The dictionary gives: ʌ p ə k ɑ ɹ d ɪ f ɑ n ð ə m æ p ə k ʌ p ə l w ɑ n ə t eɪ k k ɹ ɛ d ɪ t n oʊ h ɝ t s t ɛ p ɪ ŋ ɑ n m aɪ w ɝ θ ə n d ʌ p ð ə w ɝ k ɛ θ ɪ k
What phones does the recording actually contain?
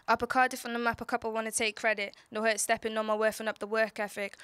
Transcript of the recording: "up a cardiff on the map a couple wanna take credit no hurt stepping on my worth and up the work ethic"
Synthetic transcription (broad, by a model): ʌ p ə k ɑ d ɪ f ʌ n ð ə m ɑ p ə k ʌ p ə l w ɑ n ə t eɪ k k ɹ ɛ d ɪ t n oʊ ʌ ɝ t s t ɛ p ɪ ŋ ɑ m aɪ w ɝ f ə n ʌ p ð ə w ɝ k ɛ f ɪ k